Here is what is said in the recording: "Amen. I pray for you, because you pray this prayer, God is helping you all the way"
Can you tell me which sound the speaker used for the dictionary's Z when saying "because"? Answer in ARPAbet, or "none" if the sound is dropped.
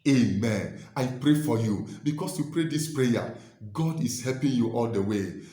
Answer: S